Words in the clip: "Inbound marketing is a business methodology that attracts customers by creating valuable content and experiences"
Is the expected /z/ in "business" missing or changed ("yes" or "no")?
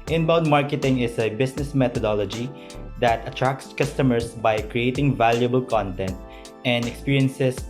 yes